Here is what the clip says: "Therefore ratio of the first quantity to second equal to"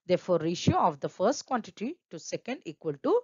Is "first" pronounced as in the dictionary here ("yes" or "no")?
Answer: yes